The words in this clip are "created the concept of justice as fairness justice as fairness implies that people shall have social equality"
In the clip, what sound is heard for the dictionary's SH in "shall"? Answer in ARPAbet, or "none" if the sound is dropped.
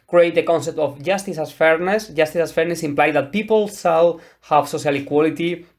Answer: S